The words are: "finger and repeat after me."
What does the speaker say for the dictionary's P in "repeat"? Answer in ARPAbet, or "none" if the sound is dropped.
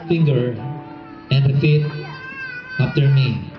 F